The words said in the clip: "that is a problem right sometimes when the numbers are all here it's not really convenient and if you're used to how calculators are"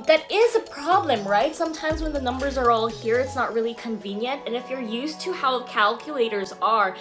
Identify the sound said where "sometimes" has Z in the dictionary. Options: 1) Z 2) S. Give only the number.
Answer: 1